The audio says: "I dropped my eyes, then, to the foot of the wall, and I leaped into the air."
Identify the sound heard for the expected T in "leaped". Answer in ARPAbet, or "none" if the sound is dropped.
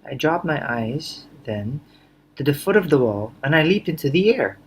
T